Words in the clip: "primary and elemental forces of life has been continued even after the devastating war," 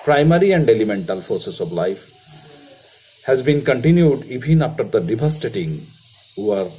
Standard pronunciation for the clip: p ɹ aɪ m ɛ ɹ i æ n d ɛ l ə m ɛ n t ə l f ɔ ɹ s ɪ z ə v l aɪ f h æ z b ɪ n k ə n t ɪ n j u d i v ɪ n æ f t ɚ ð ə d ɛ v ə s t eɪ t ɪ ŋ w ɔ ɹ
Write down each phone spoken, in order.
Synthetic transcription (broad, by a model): p ɹ aɪ m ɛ ɹ i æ n d ɛ l ə m ɛ n t ə l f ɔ ɹ s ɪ s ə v l aɪ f h æ z b ɪ n k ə n t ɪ n j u d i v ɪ n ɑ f t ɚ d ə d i b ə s t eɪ t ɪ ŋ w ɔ ɹ